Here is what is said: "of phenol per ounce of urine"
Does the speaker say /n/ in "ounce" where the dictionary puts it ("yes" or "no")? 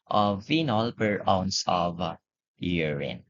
yes